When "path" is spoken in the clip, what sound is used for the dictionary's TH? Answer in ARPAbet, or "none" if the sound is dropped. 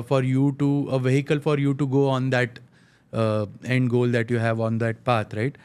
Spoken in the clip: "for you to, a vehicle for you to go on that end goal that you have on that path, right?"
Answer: T